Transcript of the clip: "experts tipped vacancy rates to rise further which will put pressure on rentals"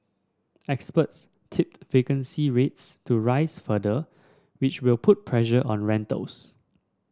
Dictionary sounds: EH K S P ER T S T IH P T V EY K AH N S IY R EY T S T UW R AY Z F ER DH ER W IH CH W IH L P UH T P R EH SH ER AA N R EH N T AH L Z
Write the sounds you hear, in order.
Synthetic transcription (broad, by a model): EH K S P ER T S T IH P T V EY K AH N S IY R EY T S T UW R AY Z F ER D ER W IH CH W IH L P UH T P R EH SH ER AA N R EH N T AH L S